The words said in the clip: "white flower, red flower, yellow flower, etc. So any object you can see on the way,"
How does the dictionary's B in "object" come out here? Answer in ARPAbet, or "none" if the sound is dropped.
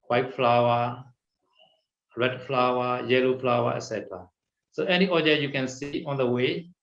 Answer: none